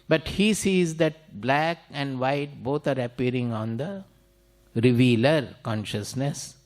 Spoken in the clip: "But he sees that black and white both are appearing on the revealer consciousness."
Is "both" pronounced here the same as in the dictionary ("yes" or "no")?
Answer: no